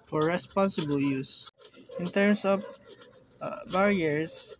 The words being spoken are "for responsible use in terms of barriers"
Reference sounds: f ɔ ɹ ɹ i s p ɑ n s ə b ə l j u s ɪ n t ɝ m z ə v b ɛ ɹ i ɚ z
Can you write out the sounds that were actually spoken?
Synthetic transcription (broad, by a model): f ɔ ɹ ɹ i s p ɑ n s ə b ə l j u s ɪ n t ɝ m s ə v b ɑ ɹ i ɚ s